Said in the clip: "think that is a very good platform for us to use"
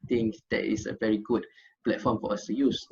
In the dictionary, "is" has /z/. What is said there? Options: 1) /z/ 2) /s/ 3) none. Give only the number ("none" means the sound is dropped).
2